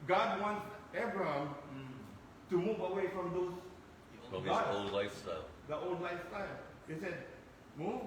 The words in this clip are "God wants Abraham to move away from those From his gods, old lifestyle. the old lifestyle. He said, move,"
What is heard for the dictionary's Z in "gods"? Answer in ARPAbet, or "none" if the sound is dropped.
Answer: none